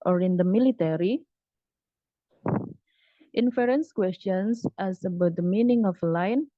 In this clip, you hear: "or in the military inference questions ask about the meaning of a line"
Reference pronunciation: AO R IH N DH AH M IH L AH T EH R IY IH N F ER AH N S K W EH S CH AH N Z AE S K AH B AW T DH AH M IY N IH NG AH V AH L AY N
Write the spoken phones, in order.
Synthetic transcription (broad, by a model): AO R IH N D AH M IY L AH T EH R IY IH N F ER AH N S K W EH S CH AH N S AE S AH B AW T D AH M IY N IH NG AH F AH L AY N